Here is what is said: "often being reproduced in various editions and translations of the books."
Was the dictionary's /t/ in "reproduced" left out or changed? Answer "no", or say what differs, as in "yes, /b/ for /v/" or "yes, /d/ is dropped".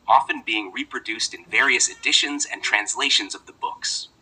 no